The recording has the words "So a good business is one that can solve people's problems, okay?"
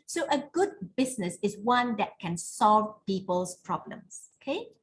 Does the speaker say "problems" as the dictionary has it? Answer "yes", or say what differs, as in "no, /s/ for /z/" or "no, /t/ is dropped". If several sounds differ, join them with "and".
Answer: no, /s/ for /z/